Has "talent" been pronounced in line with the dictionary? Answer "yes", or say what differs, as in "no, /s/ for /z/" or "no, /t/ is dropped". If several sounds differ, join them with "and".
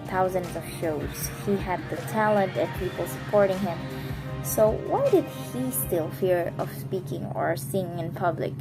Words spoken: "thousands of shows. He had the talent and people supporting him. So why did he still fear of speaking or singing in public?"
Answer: yes